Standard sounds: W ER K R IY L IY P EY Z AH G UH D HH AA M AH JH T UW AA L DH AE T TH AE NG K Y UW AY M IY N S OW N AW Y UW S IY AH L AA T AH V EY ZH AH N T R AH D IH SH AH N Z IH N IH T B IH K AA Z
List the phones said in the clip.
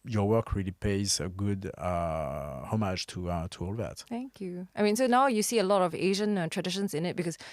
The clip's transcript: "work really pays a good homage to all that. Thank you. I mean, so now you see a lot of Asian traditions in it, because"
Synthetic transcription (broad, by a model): W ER K R IY L IY P EY Z AH G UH D HH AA M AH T T UW AA L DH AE T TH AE NG K Y UW AY M IY N S OW N AW Y UW S IY AH L AA T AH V EY ZH AH N T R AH D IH SH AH N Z IH N IH T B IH K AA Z